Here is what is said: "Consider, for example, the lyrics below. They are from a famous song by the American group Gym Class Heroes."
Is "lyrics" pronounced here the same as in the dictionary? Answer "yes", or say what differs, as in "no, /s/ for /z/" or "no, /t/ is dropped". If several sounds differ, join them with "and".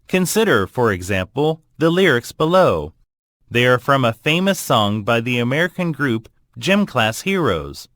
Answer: yes